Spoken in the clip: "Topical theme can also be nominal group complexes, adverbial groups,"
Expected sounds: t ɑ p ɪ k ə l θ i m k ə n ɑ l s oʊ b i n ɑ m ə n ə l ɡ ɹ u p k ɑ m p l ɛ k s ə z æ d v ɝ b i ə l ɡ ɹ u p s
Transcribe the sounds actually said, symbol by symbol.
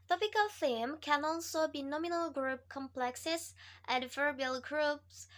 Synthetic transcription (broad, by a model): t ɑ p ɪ k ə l f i m k ə n ɑ l s oʊ b i n ɑ m ə n ə l ɡ ɹ u p k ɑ m p l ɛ k s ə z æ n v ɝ b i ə l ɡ ɹ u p s